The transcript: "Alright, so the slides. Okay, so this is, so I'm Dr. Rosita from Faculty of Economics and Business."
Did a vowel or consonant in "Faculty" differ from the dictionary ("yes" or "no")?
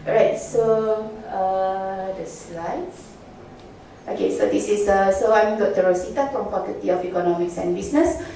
yes